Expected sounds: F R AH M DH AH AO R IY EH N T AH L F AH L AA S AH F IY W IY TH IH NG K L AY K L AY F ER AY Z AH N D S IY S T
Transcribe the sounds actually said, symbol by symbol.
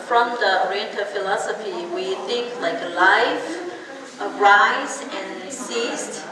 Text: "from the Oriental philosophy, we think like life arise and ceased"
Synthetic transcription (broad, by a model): F R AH M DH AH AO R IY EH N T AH F AH L AA S AH F IY W IY TH IH NG K L AY K L AY F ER AY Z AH N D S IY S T